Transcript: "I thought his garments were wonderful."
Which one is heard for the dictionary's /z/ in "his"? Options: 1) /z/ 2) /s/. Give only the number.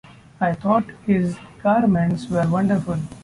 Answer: 1